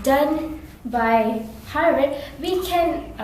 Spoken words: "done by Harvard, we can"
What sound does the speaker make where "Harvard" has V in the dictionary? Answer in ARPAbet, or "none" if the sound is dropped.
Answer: none